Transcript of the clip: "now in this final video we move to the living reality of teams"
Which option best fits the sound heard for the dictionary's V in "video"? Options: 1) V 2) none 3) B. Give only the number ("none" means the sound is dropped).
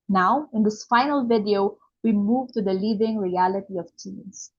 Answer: 1